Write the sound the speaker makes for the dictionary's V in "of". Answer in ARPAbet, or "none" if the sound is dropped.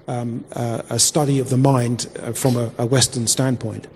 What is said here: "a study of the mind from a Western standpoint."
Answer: V